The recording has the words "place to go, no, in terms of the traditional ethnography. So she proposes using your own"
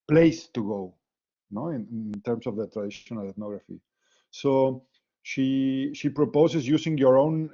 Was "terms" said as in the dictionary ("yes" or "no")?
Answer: no